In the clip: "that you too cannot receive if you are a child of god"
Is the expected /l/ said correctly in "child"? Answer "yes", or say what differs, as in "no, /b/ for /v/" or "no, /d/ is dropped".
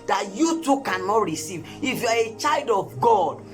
yes